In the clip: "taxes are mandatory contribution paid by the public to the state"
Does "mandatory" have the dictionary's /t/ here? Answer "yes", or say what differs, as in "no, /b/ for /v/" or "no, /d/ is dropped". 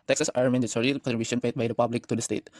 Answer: no, /s/ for /t/